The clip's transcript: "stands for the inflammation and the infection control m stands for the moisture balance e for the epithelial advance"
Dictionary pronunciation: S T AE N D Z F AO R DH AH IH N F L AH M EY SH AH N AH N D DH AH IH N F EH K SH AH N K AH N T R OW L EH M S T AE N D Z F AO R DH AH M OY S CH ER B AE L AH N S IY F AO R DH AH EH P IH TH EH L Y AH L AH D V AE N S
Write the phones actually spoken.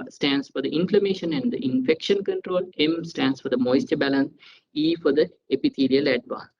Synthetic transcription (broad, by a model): S T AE N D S F AO R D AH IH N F L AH M EY SH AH N AH N D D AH IH N F EH K SH AH N K AH N T R OW L EH M S T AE N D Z F AO R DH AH M OY S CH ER B AE L AH N S IY F AO R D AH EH P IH T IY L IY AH L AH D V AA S